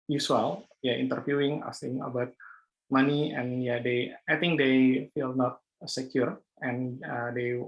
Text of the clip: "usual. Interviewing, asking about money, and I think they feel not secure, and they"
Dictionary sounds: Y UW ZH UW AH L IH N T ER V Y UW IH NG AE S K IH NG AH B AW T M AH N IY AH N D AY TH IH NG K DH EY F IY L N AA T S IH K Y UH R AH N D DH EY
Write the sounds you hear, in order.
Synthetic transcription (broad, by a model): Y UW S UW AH L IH N T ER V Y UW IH NG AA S IH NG AH B AW T M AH N IY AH N D AY T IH NG K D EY F IY L N AA T S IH K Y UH R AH N D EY